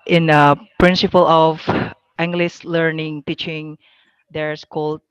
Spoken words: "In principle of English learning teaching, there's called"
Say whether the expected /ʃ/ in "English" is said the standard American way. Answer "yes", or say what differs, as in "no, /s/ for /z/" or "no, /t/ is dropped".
no, /s/ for /ʃ/